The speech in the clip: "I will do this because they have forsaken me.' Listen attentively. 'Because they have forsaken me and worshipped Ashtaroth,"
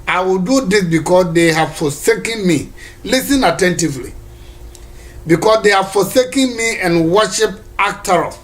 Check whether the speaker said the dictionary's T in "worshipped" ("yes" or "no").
no